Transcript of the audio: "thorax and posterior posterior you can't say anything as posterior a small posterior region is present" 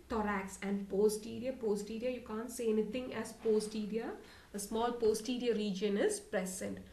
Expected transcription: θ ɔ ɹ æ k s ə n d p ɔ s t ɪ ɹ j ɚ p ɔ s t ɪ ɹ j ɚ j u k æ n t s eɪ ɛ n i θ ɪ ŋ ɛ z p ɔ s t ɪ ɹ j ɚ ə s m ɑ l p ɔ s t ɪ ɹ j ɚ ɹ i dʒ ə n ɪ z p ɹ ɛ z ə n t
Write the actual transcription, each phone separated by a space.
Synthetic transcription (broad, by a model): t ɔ ɹ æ k s ə n d p ɔ s t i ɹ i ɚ p ɔ s t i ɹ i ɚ j u k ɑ n t s eɪ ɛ n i t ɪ ŋ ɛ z p ɔ s t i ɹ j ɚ ə s m ɑ l p ɔ s t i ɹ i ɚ ɹ i dʒ ə n ɪ z p ɹ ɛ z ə n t